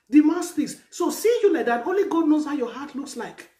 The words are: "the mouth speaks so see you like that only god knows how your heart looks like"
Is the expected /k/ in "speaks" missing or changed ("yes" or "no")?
yes